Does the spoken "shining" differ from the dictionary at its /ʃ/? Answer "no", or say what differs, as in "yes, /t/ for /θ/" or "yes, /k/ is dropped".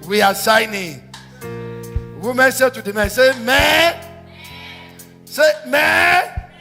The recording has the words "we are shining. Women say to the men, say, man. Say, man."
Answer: yes, /s/ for /ʃ/